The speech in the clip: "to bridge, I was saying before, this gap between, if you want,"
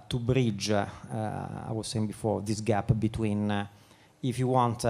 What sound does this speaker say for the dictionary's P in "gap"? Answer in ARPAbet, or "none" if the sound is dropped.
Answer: P